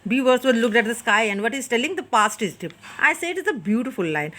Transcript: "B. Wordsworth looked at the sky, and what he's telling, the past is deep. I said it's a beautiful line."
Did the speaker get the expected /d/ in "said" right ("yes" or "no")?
no